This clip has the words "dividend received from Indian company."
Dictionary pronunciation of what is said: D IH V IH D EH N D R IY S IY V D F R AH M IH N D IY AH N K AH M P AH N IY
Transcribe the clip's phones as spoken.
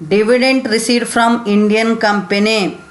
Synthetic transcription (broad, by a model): D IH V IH D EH N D R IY S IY D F R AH M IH N D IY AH N K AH M P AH N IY